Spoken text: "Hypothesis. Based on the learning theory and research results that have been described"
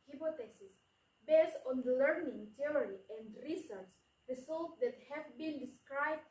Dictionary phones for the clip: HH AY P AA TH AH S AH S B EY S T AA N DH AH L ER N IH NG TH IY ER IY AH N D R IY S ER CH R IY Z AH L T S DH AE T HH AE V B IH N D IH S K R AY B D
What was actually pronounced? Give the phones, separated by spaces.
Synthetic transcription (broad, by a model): HH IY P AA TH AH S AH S B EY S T AA N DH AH L ER N IH NG T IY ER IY AH N D R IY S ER S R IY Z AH L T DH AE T HH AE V B IH N D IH S K R AY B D